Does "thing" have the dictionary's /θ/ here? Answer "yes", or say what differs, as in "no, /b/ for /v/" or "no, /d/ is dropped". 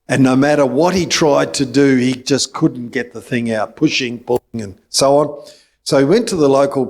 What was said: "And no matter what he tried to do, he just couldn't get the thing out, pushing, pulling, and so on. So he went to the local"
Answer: yes